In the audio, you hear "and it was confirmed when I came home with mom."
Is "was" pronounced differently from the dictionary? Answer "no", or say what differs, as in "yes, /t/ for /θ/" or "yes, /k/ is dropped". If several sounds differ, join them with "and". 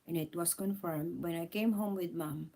yes, /s/ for /z/